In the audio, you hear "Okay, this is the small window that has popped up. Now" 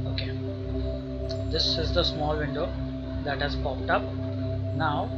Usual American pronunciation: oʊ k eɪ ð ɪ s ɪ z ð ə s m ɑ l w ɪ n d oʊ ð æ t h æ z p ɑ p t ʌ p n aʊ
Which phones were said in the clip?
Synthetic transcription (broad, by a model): oʊ k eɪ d ɪ s ɪ z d ə s m ɑ l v ɪ n d oʊ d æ t h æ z p ɑ p t ʌ p n aʊ